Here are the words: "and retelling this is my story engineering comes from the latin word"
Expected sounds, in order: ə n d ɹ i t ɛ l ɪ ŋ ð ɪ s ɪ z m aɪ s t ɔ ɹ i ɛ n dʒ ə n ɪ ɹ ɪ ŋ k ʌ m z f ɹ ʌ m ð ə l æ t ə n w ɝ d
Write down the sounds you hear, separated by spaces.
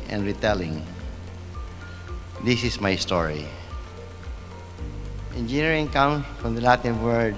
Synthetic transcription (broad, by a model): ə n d ɹ i t ɛ l ɪ ŋ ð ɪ s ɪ s m aɪ s t ɔ ɹ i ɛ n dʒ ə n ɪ ɹ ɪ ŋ k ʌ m f ɹ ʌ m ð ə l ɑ t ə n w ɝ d